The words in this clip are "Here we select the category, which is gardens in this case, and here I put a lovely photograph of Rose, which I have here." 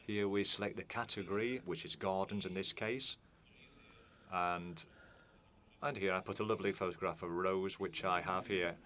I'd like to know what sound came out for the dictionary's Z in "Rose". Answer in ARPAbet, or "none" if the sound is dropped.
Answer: Z